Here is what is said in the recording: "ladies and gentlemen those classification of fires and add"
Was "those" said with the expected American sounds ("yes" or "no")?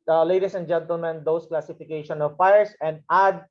no